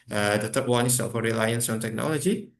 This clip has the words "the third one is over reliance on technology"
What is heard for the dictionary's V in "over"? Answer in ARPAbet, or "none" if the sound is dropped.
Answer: F